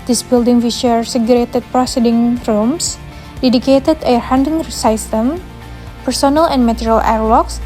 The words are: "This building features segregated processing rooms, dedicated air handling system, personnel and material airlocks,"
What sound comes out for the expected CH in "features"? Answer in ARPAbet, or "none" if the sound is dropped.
SH